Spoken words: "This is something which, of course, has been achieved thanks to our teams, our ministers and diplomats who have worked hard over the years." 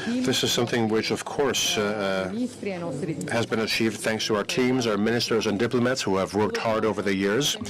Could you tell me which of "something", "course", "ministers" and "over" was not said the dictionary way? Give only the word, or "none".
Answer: none